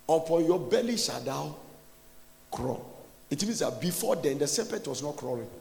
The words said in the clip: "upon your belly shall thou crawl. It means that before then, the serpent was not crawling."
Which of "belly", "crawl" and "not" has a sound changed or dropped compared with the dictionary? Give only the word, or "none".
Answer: none